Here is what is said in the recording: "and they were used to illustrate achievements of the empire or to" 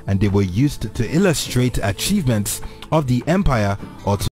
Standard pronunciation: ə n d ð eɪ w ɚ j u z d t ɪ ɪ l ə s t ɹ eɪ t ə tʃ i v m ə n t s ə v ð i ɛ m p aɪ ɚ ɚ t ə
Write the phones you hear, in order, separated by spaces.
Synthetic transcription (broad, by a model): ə n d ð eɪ w ɚ j u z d t ɪ ɪ l ə s t ɹ eɪ t ə tʃ i v m ə n t s ə v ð i ɛ m p aɪ ɚ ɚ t